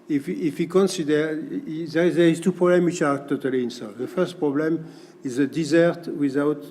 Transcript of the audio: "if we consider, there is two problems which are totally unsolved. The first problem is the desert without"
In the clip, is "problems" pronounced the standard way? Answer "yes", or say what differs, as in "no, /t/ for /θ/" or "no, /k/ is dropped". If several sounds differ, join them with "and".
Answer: no, /z/ is dropped